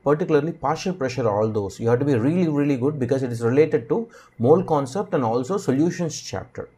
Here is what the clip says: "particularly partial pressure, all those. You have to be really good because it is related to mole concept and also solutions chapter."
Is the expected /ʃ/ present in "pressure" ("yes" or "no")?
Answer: yes